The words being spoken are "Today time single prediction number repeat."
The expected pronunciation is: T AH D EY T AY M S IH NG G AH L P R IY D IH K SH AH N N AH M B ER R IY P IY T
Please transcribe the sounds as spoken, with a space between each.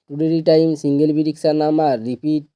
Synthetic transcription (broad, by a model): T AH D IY T AY M S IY NG G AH L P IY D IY K S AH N N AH M AA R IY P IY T